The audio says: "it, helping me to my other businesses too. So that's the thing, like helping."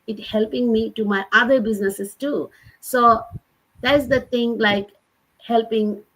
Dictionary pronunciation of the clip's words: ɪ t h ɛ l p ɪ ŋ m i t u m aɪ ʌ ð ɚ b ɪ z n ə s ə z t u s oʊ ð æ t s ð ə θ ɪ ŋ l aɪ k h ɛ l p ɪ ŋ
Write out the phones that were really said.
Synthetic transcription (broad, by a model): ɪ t h ɛ l p ɪ ŋ m i t u m aɪ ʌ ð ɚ b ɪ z n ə s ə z t u s oʊ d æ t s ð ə t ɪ ŋ l aɪ k h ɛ l p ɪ ŋ